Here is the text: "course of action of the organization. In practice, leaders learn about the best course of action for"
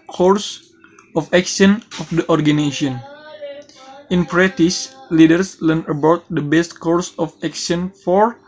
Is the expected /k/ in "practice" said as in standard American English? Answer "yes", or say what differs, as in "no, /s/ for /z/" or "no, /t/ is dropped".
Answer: no, /k/ is dropped